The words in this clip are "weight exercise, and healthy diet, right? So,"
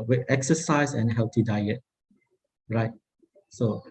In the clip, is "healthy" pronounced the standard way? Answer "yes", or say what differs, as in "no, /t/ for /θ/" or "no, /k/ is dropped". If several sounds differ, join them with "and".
no, /t/ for /θ/